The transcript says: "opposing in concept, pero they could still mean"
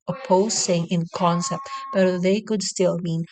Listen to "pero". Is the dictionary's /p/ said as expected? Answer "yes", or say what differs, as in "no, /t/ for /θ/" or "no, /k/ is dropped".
no, /b/ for /p/